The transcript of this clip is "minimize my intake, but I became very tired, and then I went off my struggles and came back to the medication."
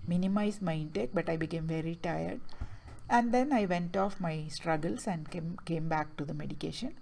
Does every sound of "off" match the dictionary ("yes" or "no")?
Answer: yes